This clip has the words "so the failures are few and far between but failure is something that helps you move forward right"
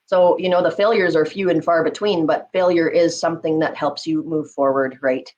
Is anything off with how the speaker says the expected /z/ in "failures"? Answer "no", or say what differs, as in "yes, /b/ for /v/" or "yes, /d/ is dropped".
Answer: no